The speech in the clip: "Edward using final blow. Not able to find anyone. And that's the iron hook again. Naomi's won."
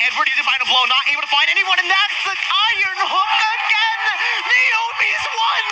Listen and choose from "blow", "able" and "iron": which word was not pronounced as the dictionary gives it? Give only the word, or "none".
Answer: able